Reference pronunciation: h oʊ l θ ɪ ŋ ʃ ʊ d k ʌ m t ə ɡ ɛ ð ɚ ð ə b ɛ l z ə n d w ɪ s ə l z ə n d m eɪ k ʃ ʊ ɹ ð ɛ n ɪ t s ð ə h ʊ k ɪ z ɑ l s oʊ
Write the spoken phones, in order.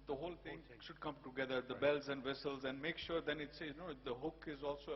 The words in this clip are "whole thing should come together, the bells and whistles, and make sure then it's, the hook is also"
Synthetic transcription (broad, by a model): h oʊ l t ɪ ŋ ʃ ʊ d k ʌ m t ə ɡ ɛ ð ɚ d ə b ɛ l z ə n d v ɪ s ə l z ə n d m eɪ k ʃ ʊ ɹ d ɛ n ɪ t s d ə h ʊ k ɪ z ɑ l s oʊ